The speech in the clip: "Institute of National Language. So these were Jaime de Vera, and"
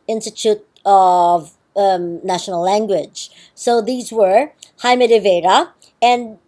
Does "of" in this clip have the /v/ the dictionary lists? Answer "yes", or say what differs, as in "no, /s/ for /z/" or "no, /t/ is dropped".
yes